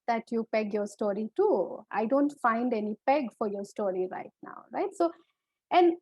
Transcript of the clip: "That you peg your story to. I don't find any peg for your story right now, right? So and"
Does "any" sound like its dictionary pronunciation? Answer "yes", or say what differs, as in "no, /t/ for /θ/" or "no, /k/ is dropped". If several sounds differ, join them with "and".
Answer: yes